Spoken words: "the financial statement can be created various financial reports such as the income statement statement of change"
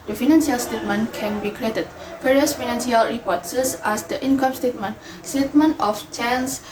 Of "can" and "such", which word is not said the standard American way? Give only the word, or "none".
such